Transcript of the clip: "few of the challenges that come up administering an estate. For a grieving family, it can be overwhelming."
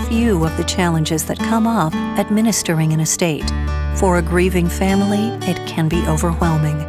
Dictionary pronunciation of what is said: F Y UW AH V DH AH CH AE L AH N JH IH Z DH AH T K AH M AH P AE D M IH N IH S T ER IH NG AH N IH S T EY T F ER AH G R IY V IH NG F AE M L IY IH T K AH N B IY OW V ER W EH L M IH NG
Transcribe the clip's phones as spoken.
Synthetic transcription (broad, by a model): F Y UW AH V DH AH CH AE L AH N JH IH Z DH AH T K AH M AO F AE D M IH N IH S T ER IH NG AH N IH S T EY T F ER AH G R IY V IH NG F AE M L IY IH T K AH N B IY OW V ER W EH L M IH NG